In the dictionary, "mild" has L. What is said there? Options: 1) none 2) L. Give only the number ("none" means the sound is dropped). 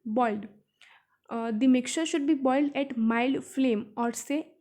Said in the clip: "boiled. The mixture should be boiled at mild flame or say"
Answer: 2